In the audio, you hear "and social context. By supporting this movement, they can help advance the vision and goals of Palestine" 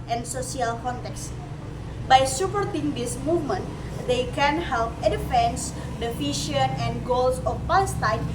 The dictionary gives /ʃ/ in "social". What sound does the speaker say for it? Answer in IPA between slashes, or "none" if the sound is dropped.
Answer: /s/